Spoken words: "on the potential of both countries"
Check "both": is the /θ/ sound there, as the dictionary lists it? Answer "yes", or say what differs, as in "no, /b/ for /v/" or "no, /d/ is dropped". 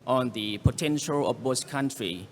no, /s/ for /θ/